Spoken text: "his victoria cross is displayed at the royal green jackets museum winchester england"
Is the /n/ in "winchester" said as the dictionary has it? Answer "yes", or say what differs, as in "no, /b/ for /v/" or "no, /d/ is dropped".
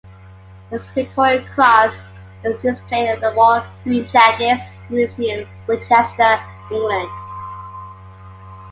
no, /n/ is dropped